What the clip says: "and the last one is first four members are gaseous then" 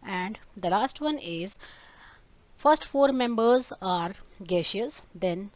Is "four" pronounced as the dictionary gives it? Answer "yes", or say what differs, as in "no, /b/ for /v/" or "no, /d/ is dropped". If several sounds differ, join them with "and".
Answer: yes